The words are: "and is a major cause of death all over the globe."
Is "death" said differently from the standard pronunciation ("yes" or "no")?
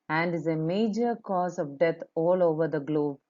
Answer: yes